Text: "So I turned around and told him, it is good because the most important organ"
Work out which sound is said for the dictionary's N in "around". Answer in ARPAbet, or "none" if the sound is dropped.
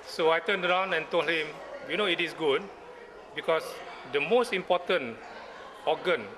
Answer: N